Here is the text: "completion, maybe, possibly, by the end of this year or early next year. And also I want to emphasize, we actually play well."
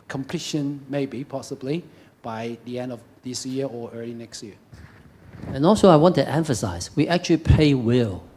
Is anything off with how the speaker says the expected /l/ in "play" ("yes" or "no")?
yes